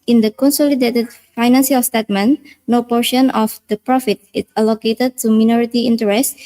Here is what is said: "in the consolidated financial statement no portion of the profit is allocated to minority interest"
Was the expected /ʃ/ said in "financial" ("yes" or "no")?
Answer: no